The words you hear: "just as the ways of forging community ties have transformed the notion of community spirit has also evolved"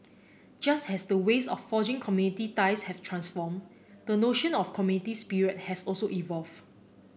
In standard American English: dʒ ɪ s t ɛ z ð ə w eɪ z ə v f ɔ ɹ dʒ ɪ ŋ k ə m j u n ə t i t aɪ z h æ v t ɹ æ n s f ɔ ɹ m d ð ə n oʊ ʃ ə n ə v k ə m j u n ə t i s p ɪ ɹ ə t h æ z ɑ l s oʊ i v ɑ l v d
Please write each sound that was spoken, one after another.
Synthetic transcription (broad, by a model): dʒ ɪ s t ɛ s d ə w eɪ s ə f ɔ dʒ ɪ ŋ k ə m j u n ə t i t aɪ s h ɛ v t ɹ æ n s f ɔ m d ə n oʊ ʃ ə n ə f k ə m j u n ə t i s p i ɹ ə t h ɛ s ɑ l s oʊ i v ɑ l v